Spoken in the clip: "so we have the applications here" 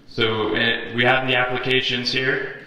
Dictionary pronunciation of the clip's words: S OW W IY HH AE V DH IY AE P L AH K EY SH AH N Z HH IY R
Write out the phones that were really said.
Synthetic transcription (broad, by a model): S OW W IY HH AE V DH IY AE P L AH K EY SH AH N Z HH IY R